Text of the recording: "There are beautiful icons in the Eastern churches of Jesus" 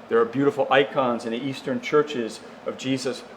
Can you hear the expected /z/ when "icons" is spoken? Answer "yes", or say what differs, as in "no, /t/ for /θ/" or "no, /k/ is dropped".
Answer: yes